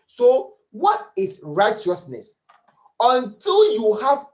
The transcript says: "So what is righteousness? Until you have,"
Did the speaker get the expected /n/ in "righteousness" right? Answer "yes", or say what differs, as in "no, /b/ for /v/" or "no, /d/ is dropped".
yes